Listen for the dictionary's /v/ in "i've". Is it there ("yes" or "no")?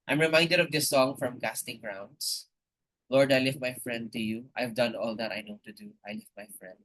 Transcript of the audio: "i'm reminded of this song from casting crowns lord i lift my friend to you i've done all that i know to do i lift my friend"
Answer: yes